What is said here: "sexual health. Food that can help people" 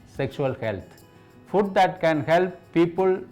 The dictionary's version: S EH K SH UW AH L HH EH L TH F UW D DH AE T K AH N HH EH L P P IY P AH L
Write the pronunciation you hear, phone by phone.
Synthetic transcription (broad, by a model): S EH K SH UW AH L HH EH L T F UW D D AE T K AH N HH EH L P P IY P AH L